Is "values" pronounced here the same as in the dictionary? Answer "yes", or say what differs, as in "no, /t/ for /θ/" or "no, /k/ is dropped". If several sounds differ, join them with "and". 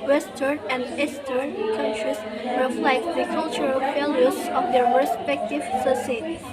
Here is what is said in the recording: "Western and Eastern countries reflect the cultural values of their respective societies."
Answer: no, /f/ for /v/